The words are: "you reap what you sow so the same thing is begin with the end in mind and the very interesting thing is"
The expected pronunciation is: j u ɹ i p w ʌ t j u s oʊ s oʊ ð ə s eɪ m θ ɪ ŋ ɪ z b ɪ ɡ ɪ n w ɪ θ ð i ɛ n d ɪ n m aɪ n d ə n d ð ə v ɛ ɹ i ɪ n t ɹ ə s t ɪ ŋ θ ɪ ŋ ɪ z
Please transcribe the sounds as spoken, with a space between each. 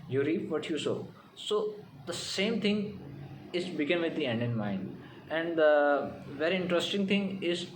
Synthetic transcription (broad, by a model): j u ɹ i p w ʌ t j u s oʊ s oʊ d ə s eɪ m t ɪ ŋ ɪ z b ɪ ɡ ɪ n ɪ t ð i ɛ n d ɪ n m aɪ n d ə n d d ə v ɛ ɹ i ɪ n t ɹ ə s t ɪ ŋ t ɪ ŋ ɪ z